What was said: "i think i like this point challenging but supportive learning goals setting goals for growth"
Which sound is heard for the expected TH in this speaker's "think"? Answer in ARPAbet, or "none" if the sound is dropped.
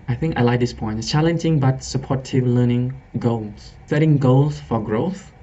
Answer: TH